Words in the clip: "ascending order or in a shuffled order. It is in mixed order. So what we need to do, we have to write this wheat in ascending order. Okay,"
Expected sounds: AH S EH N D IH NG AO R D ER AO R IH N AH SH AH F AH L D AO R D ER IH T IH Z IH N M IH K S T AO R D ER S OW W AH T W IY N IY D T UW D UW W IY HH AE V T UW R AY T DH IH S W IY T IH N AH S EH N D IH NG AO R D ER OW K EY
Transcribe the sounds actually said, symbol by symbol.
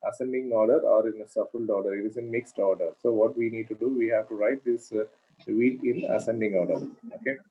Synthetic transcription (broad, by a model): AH S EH N D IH NG AO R D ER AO R IH N AH S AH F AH L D AO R D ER IH T IH Z IH N M IH K S T AO R D ER S OW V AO T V IY N IY D T UW D UW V IY HH AE V T UW R AY T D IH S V IY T IH N AH S EH N D IH NG AO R D ER OW K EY